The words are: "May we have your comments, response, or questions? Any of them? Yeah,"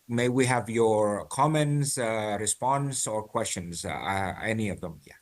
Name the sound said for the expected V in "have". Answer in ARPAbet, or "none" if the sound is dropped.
V